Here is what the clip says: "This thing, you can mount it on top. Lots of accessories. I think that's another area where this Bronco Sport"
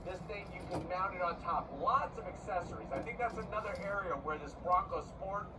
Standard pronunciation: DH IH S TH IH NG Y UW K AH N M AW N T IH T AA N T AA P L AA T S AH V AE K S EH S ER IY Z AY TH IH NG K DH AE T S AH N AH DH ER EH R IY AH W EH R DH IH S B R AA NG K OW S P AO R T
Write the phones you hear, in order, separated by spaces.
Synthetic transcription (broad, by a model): DH IH S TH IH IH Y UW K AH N M AW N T IH T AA N T AA P L AA T S AH V AE K S EH S ER IY Z AY TH IH NG K DH AE T S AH N AH DH ER EH R IY AH W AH R DH IH S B R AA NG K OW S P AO R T